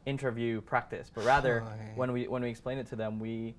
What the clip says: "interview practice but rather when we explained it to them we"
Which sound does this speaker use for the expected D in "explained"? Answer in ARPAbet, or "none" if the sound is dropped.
none